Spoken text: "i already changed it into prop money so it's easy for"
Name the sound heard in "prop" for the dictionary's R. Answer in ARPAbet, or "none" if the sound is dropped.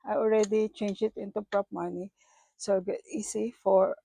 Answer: R